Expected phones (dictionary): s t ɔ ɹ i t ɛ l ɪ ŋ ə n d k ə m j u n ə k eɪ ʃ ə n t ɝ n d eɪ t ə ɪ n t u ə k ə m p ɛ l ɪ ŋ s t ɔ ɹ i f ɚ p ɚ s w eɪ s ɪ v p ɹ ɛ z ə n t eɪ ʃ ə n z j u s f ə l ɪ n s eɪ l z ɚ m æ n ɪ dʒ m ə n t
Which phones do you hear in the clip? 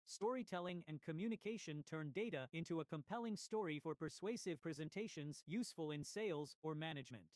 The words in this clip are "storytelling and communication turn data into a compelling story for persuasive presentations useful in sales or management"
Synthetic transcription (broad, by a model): s t ɔ ɹ i t ɛ l ɪ ŋ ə n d k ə m j u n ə k eɪ ʃ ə n t ɝ n d eɪ t ə ɪ n t u ə k ə m p ɛ l ɪ ŋ s t ɔ ɹ i f ɚ p ɚ s w eɪ s ɪ v p ɹ ɛ z ə n t eɪ ʃ ə n z j u s f ə l ɪ n s eɪ l z ɚ m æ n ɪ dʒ m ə n t